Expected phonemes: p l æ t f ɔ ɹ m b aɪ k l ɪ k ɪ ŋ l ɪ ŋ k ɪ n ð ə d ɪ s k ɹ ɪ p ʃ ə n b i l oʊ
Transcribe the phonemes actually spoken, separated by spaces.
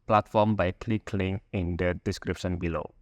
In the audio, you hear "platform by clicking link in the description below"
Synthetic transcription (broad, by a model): p l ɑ t f ɔ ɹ m b aɪ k l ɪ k l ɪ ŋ ɪ n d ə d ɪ s k ɹ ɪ p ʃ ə n b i l oʊ